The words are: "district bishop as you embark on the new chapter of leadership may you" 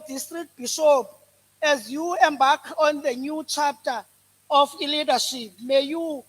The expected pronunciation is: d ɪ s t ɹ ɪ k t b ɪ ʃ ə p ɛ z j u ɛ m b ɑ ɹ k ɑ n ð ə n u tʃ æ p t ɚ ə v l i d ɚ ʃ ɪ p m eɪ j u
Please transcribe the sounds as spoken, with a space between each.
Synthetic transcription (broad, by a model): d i s t ɹ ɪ k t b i ʃ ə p ɛ z j u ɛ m b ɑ k ɑ n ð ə n u tʃ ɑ p t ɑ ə f l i d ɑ ʃ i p m eɪ j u